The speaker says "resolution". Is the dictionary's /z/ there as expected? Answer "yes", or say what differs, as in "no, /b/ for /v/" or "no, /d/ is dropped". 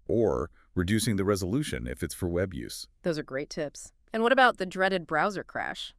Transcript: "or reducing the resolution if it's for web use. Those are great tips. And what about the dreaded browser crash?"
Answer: yes